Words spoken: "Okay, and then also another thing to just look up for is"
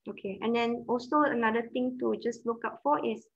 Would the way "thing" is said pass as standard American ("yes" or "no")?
no